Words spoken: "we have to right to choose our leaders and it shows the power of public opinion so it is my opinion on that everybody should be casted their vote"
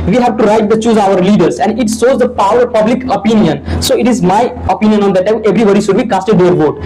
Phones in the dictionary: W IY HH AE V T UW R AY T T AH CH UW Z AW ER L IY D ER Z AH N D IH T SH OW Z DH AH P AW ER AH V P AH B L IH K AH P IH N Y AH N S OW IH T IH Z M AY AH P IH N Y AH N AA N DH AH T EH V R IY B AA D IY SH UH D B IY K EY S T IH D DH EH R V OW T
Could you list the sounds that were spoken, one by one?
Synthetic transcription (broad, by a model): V IY HH AE V T UW R AY T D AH CH UW Z AW ER L IY D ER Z AH N D IH T S OW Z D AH P AW ER AH V P AH B L IH K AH P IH N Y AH N S OW IH T IH Z M AY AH P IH N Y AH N AA N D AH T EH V R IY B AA D IY SH UH D B IY K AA S T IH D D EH R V OW T